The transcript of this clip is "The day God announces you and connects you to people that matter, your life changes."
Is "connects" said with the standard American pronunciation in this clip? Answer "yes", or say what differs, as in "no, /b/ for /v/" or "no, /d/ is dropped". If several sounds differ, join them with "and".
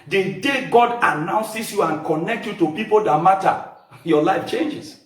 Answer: no, /s/ is dropped